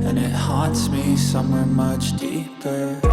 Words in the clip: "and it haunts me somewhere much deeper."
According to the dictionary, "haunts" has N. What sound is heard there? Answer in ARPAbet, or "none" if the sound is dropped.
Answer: none